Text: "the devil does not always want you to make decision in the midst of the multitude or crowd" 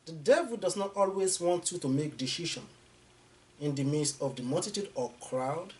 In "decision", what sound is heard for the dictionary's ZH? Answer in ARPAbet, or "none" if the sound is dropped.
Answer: SH